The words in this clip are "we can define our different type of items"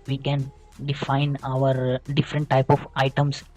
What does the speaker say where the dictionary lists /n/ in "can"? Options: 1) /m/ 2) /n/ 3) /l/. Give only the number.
2